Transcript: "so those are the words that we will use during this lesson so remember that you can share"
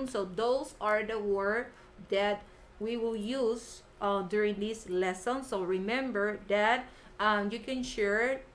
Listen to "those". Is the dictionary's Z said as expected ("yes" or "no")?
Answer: no